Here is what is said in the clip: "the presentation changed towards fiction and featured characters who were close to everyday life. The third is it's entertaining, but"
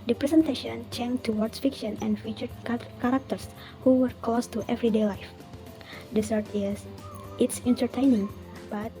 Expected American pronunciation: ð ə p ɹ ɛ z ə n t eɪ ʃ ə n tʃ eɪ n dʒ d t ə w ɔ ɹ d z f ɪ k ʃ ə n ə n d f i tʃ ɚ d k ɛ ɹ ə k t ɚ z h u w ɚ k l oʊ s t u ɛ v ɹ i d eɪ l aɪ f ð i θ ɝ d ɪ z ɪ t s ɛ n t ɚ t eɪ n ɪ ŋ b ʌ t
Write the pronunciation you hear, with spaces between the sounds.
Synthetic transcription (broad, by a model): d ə p ɹ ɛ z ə n t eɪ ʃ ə n tʃ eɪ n t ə w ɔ ɹ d s f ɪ k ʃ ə n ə n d f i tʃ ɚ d k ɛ ɹ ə k t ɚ s h u w ɚ k oʊ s t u ɛ v ɹ i d eɪ l aɪ f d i s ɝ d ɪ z ɪ t s ɛ n t ɚ t eɪ n ɪ ŋ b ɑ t